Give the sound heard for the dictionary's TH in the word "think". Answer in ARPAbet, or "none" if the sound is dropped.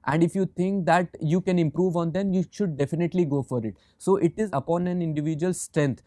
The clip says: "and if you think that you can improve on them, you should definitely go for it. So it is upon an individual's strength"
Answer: T